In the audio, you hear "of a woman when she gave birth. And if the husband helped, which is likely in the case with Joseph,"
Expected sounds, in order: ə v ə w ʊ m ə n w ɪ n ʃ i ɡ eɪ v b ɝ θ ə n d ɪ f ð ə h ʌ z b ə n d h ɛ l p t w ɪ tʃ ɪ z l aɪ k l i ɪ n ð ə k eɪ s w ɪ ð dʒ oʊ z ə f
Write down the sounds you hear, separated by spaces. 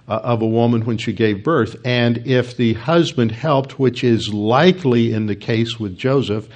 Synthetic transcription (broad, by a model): ə v ə w ʊ m ə n w ɪ n ʃ i ɡ eɪ v b ɝ θ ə n ɪ f ð ə h ʌ z b ə n d h ɛ l p t w ɪ tʃ ɪ z l aɪ k l i ɪ n ð ə k eɪ s w ɪ ð dʒ oʊ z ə f